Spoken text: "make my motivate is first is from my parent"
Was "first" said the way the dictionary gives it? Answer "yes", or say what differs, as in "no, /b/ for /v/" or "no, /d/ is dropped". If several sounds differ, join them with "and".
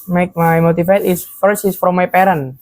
no, /t/ is dropped